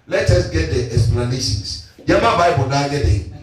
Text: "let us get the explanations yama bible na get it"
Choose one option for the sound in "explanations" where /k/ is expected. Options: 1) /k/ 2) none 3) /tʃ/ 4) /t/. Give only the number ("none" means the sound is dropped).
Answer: 2